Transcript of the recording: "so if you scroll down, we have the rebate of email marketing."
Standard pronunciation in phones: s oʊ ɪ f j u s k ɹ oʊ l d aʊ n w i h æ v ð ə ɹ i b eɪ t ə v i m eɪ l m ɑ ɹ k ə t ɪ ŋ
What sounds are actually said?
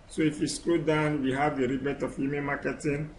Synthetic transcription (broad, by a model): s oʊ ɪ f j u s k oʊ d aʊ n w i h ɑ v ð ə ɹ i b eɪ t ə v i m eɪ m ɑ k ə t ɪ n